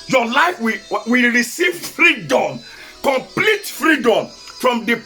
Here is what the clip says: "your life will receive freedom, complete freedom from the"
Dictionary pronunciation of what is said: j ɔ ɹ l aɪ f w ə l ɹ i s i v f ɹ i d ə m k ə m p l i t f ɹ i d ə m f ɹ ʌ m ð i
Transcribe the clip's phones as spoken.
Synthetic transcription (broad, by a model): j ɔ l aɪ f w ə w ɹ i s i v f ɹ i d ə m k ə m p l i t f ɹ i d ə m f ɹ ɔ m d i